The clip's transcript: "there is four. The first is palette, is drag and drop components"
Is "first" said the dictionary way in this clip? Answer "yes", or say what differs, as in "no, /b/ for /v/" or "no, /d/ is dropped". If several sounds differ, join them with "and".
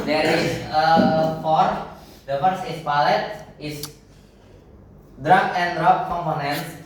no, /t/ is dropped